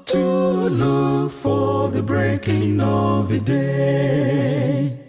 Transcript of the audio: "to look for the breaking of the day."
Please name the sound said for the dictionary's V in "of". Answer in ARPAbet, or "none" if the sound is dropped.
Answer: V